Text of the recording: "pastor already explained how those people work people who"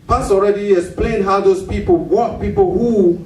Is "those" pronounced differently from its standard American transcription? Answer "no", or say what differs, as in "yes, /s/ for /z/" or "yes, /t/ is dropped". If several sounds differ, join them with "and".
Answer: yes, /s/ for /z/